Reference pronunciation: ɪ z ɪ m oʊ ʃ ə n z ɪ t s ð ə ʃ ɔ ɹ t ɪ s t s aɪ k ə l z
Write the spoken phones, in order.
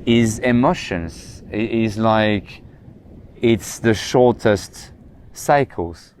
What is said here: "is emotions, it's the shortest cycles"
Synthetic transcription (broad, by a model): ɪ z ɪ m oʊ ʃ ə n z ɪ t s ð ə ʃ ɔ ɹ t ɪ s t s aɪ k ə l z